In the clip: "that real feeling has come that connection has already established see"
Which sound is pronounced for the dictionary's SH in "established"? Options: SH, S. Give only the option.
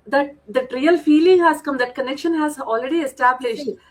SH